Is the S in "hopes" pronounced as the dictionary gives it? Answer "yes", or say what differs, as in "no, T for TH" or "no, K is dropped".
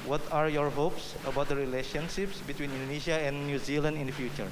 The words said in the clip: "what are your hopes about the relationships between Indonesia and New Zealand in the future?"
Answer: yes